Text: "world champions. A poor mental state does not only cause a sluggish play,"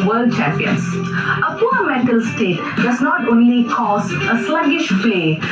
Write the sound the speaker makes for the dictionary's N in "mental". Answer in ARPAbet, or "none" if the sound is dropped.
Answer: none